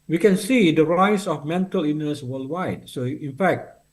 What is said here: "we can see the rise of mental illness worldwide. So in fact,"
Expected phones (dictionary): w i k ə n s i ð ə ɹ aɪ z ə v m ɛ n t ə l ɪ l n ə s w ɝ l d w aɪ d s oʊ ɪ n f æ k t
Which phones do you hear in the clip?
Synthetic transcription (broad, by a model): w i k ə n s i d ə ɹ aɪ s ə f m ɛ n t ə l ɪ n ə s w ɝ l d w aɪ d s oʊ ɪ n f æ k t